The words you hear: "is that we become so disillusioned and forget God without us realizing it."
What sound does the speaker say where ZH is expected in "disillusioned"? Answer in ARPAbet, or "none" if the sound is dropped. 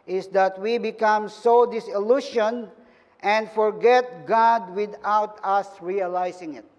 SH